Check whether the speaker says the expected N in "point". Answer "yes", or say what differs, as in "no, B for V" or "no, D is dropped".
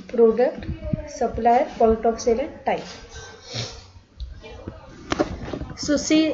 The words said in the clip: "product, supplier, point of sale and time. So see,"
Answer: no, L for N